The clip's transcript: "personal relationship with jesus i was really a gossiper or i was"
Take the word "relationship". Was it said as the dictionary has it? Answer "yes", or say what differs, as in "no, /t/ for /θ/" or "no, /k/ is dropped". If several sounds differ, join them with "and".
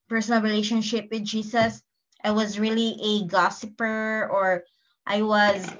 yes